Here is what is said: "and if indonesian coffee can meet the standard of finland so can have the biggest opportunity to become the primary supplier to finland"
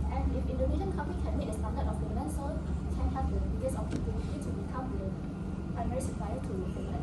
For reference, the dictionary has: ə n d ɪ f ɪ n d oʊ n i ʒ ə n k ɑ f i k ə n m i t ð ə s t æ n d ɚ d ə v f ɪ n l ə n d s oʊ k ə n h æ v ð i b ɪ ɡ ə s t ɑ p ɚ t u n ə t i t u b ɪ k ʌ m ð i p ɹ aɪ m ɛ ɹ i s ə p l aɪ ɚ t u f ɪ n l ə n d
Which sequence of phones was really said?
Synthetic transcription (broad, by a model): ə n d ɪ f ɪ n d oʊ n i ʃ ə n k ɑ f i k ə n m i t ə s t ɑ n d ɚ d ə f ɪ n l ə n s oʊ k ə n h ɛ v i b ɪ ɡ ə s ɑ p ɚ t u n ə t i t u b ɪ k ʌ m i p ɹ aɪ m ɛ ɹ i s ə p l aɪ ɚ t u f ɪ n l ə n